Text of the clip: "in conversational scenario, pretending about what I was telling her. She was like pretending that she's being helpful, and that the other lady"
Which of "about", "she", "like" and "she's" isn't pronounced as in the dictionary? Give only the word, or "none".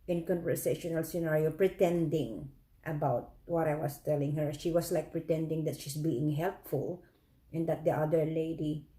she's